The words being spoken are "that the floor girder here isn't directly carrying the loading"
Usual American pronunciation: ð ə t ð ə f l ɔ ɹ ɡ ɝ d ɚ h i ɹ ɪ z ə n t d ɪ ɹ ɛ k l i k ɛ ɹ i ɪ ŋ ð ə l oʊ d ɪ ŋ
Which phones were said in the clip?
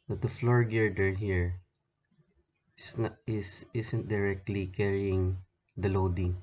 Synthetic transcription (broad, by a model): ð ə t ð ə f l ɔ ɹ ɡ ɝ d ɚ h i ɹ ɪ s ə n t d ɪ ɹ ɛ k l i k ɛ ɹ i ɪ ŋ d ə l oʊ d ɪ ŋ